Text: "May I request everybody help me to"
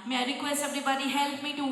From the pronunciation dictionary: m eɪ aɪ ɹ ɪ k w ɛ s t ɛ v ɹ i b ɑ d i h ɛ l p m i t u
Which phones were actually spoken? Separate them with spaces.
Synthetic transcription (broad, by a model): m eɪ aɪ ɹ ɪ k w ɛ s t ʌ b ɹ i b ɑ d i h ɛ l p m i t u